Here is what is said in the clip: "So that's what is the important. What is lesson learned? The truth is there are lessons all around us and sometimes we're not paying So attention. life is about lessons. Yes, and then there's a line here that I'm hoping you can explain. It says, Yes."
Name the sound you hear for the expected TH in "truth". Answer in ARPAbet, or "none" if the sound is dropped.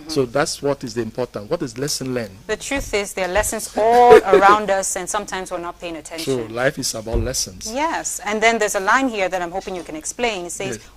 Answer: TH